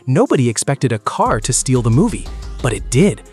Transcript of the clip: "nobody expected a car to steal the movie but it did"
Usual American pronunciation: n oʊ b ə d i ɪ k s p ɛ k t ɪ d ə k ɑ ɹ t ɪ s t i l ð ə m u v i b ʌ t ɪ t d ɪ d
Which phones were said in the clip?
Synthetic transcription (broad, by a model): n oʊ b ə d i ɪ k s p ɛ k t ɪ d ə k ɑ ɹ t ɪ s t i l ð ə m u v i b ʌ t ɪ t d ɪ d